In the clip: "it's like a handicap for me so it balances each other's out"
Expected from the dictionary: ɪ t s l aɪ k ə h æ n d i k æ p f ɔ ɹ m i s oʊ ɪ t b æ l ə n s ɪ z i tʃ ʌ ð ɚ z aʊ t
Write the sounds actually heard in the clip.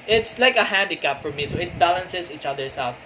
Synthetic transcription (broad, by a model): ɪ t s l aɪ k ə h æ n d i k æ p f ɔ ɹ m i s oʊ ɪ t b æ l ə n s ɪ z i tʃ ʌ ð ɚ s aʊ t